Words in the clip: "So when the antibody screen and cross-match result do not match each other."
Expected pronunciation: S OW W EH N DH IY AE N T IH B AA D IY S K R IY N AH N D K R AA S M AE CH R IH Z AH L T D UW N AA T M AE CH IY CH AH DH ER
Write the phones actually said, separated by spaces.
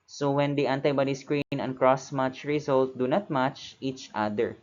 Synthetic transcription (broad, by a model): S OW W EH N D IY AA N T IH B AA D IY S K R IY N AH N K R AA S M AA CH R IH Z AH L T D UW N AA T M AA CH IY CH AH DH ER